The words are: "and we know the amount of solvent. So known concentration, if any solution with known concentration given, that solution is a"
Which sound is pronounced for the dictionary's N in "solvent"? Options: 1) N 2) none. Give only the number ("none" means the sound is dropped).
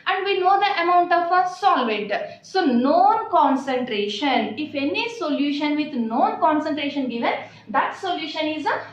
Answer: 2